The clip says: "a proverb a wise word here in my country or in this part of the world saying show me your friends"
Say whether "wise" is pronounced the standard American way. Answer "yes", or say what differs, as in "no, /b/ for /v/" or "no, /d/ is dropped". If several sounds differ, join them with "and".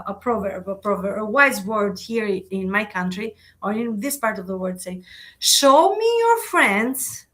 yes